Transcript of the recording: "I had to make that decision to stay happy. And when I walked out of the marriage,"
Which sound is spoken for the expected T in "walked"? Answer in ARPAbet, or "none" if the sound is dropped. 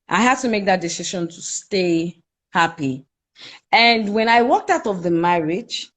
T